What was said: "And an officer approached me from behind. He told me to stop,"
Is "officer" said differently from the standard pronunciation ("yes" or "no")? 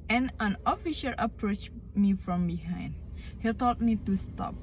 yes